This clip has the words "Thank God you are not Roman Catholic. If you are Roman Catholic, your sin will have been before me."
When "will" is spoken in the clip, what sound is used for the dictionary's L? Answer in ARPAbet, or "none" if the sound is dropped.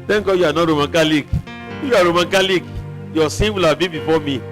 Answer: L